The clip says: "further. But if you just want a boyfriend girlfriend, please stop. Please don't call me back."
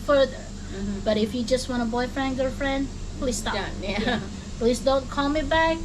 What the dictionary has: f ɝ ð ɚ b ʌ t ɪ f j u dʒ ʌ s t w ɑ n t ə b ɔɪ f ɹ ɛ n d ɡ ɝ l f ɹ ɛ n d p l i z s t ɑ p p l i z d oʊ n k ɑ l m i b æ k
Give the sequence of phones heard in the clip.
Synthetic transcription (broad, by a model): f ɝ ð ɚ b ʌ t ɪ f j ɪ dʒ ʌ s t w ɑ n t ə b ɔɪ f ɹ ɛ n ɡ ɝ f ɹ ɛ n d p l i z s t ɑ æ p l i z d oʊ n k ɑ l m i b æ k